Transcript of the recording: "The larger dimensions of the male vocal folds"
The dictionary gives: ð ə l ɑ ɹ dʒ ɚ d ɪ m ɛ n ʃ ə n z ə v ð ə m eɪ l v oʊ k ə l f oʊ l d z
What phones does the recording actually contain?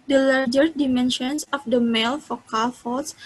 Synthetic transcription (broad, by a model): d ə l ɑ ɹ dʒ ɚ d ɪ m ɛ n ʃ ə n s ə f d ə m eɪ l f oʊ k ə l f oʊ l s